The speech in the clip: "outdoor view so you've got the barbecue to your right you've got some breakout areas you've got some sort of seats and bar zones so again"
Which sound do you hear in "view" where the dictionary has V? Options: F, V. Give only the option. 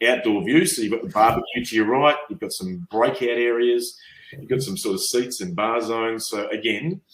V